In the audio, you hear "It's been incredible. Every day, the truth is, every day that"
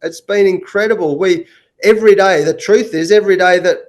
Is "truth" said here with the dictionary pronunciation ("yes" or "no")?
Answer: yes